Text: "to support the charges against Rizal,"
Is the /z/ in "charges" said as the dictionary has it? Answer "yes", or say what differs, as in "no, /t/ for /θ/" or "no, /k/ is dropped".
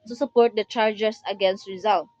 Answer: no, /s/ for /z/